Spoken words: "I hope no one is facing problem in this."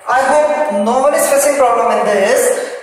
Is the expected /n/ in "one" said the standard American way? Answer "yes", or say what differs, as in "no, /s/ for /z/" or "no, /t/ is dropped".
no, /l/ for /n/